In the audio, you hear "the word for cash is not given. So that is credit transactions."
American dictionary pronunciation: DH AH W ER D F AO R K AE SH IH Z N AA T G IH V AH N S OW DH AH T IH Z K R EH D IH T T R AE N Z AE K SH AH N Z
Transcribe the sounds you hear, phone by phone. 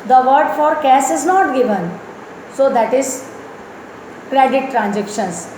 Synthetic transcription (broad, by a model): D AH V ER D F AO R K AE S IH Z N AA T G IH V AH N S OW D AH T IH Z K R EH D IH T T R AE N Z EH K SH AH N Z